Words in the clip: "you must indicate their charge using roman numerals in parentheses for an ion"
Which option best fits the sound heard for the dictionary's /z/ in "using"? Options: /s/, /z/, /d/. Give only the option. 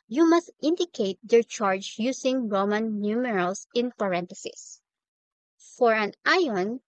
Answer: /s/